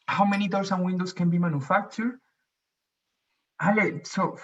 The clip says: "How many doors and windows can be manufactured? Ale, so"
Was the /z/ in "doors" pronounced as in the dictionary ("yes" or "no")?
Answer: no